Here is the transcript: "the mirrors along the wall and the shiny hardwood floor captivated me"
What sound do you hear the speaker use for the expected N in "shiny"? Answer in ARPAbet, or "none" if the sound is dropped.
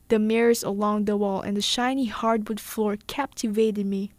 N